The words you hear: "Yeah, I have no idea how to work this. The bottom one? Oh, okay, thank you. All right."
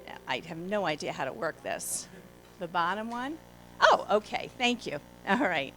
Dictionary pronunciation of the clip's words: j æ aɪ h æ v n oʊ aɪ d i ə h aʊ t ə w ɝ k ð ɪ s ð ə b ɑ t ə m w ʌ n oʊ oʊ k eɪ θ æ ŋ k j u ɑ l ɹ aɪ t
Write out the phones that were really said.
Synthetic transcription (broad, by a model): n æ aɪ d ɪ v n oʊ aɪ d i ə h aʊ t ə w ɝ k ð ɪ s ð ə b ɑ t ə m w ʌ n oʊ oʊ k eɪ θ æ ŋ k j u ɑ l ɹ aɪ t